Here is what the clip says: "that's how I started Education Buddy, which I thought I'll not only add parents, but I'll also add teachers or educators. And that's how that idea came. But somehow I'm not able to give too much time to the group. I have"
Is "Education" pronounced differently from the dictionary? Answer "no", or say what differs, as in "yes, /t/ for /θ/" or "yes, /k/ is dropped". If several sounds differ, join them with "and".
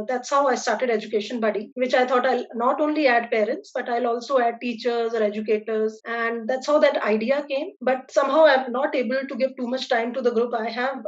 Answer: no